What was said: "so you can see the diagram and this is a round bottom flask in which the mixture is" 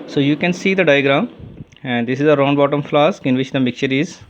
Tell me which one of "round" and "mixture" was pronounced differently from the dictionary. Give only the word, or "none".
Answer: mixture